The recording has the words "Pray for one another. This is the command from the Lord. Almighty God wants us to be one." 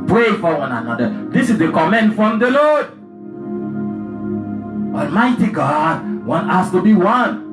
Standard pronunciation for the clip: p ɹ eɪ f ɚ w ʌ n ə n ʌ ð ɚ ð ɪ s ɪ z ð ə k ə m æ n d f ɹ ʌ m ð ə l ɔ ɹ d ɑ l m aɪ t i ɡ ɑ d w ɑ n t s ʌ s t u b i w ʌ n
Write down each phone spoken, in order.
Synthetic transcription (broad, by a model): p ɹ eɪ f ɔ w ʌ n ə n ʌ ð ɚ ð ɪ s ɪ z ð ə k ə m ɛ n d f ɹ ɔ m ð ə l ɔ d ɑ l m aɪ t i ɡ ɑ d w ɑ n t ɑ s t u b i w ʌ n